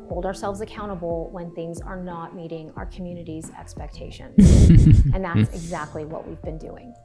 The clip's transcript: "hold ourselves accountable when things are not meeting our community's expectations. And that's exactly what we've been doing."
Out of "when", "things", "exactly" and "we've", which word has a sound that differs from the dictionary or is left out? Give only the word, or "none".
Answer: none